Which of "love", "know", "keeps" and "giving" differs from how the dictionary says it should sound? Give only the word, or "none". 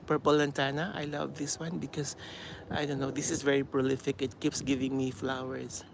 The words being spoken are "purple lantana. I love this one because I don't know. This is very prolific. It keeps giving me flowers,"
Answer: none